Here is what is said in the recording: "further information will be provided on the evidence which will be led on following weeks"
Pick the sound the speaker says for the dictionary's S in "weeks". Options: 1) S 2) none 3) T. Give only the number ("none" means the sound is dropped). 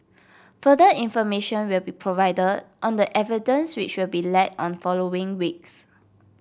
1